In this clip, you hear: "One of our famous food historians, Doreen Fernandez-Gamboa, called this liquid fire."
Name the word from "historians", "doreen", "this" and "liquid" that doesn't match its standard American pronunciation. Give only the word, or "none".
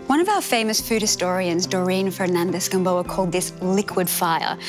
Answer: none